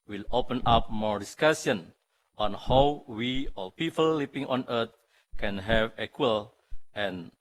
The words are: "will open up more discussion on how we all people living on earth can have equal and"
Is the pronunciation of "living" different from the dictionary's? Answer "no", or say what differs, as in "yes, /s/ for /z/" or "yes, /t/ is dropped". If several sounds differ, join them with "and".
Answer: yes, /p/ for /v/